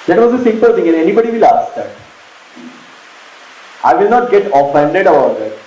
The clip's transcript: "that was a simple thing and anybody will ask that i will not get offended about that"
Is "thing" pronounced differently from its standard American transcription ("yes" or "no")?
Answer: yes